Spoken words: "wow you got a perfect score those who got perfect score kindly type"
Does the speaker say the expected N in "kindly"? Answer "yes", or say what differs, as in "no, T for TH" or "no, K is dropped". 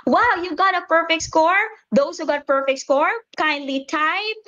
yes